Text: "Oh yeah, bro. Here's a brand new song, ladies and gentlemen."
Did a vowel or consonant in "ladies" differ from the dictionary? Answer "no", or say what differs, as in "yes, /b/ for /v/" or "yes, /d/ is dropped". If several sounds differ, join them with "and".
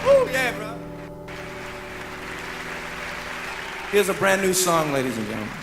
no